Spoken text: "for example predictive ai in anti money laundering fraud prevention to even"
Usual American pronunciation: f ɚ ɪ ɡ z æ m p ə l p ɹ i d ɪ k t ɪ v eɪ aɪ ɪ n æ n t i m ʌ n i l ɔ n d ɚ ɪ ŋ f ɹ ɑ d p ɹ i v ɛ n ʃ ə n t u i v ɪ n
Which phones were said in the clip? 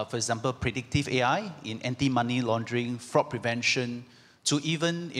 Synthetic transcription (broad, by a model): f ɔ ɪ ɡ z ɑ m p ə l p ɹ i d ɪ k t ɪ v eɪ aɪ ɪ n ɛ n t i m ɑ n i l ɔ n d ɚ ɪ ŋ f ɹ ɑ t p ɹ i v ɛ n ʃ ə n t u i v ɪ n